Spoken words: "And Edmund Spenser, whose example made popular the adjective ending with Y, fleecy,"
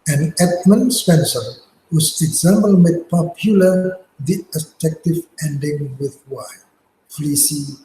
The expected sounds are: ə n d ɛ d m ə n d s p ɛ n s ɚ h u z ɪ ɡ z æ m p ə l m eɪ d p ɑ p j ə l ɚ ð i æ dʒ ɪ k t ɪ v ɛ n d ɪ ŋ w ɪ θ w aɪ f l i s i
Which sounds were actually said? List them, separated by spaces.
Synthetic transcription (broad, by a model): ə n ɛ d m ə n s p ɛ n s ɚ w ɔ s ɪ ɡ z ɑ m b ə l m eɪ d p ɑ p j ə l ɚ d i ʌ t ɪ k t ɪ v ɛ n d ɪ ŋ w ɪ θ w aɪ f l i s i